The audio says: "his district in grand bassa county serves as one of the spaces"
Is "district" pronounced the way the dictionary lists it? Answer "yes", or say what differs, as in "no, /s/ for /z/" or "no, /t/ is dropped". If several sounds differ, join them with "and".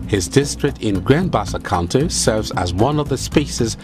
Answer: yes